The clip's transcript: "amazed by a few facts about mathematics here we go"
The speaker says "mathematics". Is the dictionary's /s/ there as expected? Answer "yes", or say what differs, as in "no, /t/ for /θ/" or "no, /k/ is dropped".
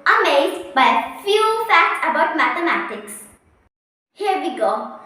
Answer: yes